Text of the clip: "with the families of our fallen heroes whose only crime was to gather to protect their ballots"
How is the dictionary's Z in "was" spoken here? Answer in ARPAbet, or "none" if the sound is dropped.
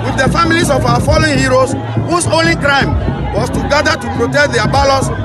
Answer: S